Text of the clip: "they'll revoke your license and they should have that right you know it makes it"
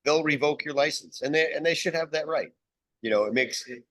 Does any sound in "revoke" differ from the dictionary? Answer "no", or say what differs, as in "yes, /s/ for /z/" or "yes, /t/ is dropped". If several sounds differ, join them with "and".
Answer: no